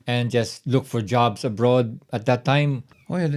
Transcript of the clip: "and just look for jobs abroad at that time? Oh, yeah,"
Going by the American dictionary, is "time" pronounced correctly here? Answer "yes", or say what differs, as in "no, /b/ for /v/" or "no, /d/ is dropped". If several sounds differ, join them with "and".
yes